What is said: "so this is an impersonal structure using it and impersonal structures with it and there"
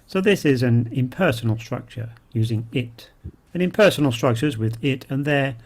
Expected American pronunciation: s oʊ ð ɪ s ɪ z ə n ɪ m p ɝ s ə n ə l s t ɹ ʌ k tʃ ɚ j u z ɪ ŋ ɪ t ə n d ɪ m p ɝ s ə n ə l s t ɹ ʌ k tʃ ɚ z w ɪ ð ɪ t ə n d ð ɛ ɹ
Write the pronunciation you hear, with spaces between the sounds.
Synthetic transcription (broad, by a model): s oʊ ð ɪ s ɪ z ə n ɪ m p ɝ s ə n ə l s t ɹ ʌ k tʃ ɚ j u z ɪ ŋ ɪ t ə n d ɪ m p ɝ s ə n ə l s t ɹ ʌ k tʃ ɚ z w ɪ ð ɪ t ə n ð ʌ ɹ